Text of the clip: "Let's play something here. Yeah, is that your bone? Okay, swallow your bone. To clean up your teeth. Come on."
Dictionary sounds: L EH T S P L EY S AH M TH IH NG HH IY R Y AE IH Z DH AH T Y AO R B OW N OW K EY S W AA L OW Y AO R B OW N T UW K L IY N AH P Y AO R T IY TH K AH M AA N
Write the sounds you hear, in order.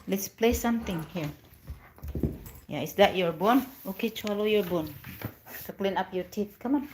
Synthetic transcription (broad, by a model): L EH T S P L EY S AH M T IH NG HH IY R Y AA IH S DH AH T Y AO R B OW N OW K EY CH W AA L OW Y AO R B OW N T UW K L IY N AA P Y AO R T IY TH K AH M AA N